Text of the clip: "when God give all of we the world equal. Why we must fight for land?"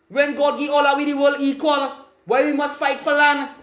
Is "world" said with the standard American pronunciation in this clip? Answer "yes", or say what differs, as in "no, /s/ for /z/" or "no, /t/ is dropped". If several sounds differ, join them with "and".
no, /d/ is dropped